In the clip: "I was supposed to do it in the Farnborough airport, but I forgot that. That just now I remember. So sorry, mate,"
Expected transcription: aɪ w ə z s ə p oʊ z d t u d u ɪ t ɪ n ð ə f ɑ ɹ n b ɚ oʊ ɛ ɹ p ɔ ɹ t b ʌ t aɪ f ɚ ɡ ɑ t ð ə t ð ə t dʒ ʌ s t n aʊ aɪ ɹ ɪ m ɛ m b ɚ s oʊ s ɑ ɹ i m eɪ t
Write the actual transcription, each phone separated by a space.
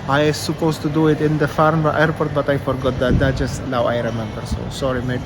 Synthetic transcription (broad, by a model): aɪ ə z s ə p oʊ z t u d u ɪ t ɪ n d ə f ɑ ɹ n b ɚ ɛ ɹ p ɔ ɹ t b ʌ t aɪ f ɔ ɡ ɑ t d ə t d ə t dʒ ʌ s t l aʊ aɪ ɹ ɪ m ɛ m b ɚ s oʊ s ɑ ɹ i m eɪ